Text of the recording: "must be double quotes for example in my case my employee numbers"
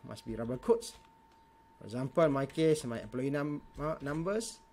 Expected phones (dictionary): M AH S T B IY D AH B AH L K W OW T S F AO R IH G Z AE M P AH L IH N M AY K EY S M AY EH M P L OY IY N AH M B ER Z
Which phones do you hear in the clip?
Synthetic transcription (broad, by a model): M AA S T B IY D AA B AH K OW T S F AO R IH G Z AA M P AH L M AY K EY S M AY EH P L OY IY N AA M B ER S